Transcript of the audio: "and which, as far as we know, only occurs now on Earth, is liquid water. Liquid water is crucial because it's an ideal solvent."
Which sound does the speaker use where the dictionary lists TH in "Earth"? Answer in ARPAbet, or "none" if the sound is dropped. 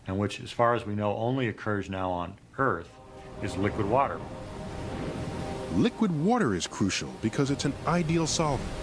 TH